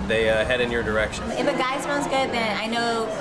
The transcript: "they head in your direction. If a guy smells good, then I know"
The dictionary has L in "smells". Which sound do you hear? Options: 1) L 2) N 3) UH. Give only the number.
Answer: 2